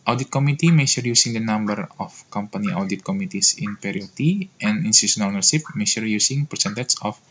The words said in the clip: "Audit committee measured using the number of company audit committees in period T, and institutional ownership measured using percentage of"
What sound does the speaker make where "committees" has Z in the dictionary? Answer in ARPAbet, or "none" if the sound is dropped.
S